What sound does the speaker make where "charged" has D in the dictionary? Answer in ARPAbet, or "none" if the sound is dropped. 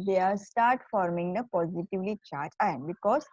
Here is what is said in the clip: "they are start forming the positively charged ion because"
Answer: none